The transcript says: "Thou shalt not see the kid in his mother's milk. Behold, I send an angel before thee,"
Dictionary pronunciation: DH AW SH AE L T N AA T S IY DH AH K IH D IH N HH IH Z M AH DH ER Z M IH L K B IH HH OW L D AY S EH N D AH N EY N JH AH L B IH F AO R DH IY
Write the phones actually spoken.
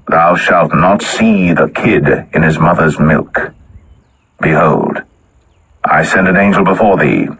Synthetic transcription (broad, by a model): DH AW SH AE L T N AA T S IY DH AH K IH D IH N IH Z M AH DH ER Z M IH L K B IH HH OW L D AY S EH N D AH N EY N JH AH L B IH F AO R DH IY